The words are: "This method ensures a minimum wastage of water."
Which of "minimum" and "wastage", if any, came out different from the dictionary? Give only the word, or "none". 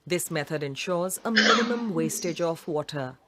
none